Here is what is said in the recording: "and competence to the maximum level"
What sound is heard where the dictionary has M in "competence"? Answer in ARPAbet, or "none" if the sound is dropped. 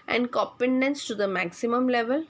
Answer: none